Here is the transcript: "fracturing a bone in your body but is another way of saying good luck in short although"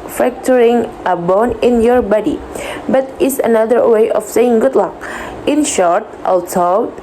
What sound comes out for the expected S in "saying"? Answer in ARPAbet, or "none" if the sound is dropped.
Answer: S